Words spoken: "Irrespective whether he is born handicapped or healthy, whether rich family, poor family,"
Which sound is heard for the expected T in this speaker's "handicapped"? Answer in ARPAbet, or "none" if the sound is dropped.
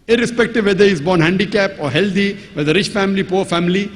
none